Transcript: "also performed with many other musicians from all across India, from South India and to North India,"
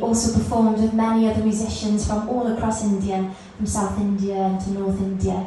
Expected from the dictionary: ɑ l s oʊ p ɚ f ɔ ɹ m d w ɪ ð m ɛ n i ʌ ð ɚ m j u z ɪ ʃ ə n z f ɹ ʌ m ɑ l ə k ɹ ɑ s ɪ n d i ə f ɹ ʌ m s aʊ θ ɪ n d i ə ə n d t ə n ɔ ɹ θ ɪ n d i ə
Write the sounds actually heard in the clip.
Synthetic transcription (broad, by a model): ɑ l s oʊ p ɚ f ɔ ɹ m d w ɪ ð m ɛ n i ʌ ð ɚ m j u z ɪ ʃ ə n z f ɹ ʌ m ɑ l ə k ɹ ɑ s ɪ n d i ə f ɹ ʌ m s aʊ θ ɪ n d i ə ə n t ə n ɔ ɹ θ ɪ n d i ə